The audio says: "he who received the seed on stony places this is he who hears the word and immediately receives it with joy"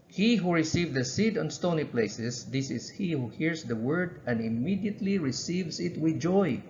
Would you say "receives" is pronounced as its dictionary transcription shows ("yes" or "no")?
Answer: no